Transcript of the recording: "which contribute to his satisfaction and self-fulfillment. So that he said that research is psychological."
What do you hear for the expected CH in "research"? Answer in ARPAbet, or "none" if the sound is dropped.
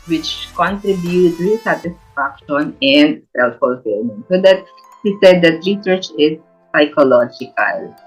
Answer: CH